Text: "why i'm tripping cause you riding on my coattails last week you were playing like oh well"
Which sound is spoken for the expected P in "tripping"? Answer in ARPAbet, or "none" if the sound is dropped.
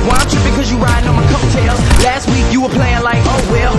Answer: B